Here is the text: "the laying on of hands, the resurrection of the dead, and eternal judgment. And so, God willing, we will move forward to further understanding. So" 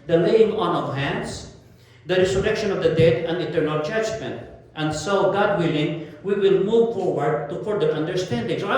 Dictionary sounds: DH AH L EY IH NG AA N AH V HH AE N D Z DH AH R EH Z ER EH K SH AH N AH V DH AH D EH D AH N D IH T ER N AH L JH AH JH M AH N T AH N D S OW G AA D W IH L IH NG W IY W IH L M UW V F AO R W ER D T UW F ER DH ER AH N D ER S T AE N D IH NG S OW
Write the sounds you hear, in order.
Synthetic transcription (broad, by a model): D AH L EY IH NG AA N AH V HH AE N D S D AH R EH S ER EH K SH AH N AH V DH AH D EH D AH N D IH T ER N AH L JH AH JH M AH N T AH N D S OW G AA D W IH L IH NG W IY W IH L M UW V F AO R W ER D T UW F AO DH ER AH N D ER S T AE N D IH NG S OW